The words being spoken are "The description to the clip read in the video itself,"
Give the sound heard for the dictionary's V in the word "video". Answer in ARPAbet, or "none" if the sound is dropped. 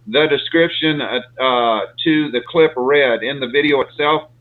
V